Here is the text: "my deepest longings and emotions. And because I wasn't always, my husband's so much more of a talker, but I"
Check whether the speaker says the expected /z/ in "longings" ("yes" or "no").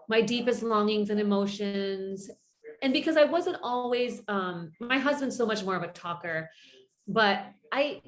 yes